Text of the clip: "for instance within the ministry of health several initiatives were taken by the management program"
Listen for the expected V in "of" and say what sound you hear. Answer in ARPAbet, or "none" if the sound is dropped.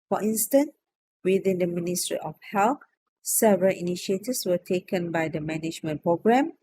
F